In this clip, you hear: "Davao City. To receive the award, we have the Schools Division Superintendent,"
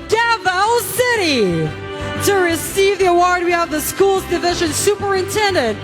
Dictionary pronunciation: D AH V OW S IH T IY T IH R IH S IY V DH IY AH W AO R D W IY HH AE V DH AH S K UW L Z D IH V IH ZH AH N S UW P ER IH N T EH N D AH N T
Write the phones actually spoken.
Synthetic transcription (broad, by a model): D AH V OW S IH T IY T IH R IH S IY V DH IY AH W AO R D W IY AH V DH AH S K UW L Z D IH V IH ZH AH N S UW P ER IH N T EH N D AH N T